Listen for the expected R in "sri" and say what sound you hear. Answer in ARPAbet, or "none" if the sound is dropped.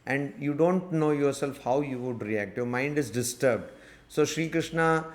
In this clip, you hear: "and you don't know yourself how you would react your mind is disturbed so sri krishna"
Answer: R